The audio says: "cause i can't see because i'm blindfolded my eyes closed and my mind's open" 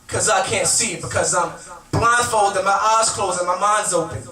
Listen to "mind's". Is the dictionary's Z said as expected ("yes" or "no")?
yes